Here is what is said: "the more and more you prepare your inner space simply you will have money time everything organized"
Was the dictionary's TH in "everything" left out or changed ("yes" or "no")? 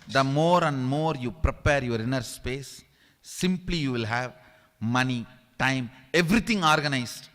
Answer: yes